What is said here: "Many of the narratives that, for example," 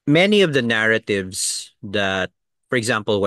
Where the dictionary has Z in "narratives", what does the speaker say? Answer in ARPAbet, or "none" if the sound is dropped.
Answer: S